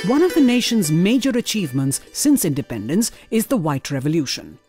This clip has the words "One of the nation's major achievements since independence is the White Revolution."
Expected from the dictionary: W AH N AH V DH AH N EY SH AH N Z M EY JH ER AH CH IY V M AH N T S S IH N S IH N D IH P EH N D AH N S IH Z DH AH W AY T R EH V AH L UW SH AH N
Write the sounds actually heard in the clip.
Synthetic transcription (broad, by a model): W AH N AH V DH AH N EY SH AH N Z M EY JH ER AH CH IY V M AH N T S S IH N S IH N D IH P EH N D AH N S IH Z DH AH W AY T R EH V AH L UW SH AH N